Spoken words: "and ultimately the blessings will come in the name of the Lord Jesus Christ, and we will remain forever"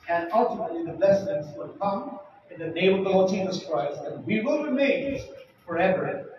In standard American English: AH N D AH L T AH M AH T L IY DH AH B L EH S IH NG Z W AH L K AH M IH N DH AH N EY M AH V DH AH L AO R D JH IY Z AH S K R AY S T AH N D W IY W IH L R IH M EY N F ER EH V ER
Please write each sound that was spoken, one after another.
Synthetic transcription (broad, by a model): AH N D AH L T AH M AH T L IY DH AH B L EH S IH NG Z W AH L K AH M IH N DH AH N EY AH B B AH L JH IY Z AH S K R AY S T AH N W IY W IH L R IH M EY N F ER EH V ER